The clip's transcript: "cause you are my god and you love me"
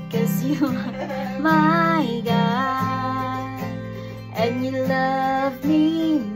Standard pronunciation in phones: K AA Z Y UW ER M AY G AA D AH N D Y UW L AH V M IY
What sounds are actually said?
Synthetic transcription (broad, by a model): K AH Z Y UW M AY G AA AH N Y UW L AH V M IY